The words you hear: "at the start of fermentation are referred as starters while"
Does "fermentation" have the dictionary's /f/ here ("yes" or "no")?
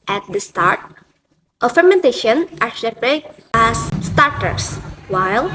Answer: yes